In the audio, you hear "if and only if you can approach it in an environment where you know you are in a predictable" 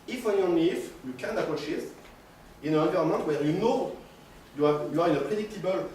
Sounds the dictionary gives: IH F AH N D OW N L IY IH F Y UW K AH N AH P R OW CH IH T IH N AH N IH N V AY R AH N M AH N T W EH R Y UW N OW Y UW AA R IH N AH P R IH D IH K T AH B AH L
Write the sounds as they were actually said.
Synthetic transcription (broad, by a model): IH F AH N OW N IY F Y UW K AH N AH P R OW SH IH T IH N AH N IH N V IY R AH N M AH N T W EH R Y UW N OW Y UW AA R IH N AH P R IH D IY K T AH B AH L